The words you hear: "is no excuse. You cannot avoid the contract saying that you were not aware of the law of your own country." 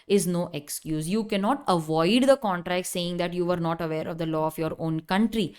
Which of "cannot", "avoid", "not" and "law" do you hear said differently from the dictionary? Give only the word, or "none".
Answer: none